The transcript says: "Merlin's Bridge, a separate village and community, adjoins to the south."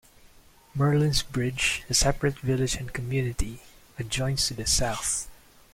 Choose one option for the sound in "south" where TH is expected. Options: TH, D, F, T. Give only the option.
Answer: TH